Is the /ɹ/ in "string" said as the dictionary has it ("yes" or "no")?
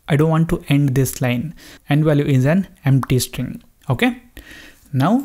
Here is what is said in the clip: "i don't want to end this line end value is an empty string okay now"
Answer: yes